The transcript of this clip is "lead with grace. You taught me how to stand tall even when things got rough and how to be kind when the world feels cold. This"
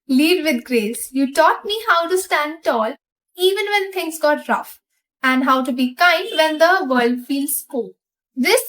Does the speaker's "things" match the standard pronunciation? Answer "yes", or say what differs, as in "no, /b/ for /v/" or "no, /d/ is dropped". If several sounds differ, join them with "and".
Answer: no, /t/ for /θ/